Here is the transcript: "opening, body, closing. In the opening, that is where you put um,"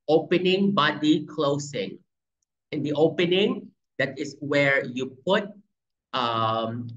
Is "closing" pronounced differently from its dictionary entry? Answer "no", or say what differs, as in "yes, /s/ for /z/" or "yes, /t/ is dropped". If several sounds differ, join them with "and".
yes, /s/ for /z/